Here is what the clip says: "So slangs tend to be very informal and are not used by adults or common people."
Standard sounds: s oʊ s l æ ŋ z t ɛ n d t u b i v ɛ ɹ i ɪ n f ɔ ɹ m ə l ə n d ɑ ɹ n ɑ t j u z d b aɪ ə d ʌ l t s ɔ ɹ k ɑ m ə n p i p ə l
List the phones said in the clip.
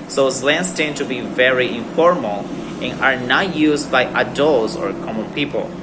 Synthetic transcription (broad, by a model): s oʊ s l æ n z t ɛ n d t u b i v ɛ ɹ i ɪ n f ɔ ɹ m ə l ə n ɑ ɹ n ɑ t j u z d b aɪ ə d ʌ l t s ɔ ɹ k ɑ m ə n p i p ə l